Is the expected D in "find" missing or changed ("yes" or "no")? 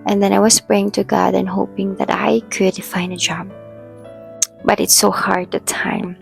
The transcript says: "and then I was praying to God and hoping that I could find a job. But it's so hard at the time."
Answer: yes